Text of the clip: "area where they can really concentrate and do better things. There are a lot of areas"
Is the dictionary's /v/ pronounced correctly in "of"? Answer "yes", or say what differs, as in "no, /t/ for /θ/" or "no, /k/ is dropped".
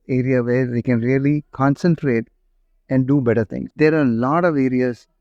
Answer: yes